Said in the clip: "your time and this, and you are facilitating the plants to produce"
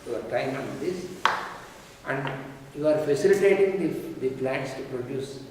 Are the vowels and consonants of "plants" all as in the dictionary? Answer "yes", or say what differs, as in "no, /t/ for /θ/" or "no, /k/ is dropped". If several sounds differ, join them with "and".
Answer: no, /n/ is dropped